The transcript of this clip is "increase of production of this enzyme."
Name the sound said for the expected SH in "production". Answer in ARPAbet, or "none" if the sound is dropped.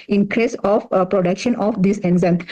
SH